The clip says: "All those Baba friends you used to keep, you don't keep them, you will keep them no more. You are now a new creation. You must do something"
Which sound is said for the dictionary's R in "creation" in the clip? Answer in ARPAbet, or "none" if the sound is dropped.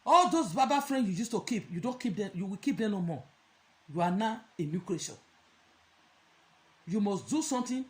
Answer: L